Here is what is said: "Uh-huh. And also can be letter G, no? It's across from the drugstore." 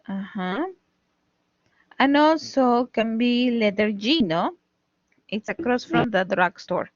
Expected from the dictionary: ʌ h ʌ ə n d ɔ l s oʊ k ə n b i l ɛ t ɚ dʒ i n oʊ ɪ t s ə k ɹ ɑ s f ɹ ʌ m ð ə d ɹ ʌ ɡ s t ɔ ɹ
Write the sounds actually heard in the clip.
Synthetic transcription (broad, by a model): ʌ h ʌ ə n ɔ s oʊ k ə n b i l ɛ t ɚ dʒ i n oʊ ɪ t s ə k ɹ ɑ s f ɹ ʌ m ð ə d ɹ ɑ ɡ s t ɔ ɹ